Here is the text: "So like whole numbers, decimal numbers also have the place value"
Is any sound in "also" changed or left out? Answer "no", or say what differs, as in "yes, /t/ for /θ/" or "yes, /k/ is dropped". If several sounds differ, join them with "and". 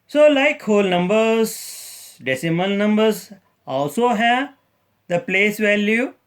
no